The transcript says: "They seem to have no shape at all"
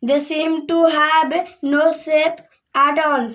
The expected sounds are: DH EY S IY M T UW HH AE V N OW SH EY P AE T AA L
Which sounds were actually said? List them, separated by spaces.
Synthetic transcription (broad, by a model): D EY S IY M T UW HH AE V N OW S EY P AE T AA L